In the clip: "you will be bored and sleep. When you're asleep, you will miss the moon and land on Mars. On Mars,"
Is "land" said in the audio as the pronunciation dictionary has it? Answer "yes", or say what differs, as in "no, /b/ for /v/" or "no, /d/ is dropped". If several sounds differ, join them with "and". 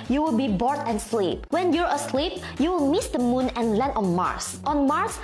no, /d/ is dropped